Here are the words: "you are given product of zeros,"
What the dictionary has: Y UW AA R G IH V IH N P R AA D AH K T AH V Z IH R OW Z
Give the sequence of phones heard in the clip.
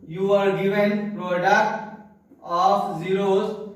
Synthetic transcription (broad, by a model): Y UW AA R G IH V IH N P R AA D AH T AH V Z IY R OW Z